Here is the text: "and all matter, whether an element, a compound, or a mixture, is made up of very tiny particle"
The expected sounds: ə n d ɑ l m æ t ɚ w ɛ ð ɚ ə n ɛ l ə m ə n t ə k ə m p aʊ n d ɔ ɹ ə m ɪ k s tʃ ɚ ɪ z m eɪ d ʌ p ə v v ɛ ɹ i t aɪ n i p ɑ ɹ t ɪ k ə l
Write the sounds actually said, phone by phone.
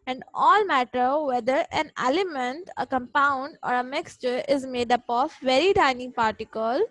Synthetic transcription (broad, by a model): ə n d ɑ l m æ t ɚ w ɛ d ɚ ə n ɛ l ə m ə n t ə k ə m p aʊ n d ɔ ɹ ə m ɪ k s tʃ ɚ ɪ z m eɪ d ʌ p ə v v ɛ ɹ i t aɪ n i p ɑ ɹ t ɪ k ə l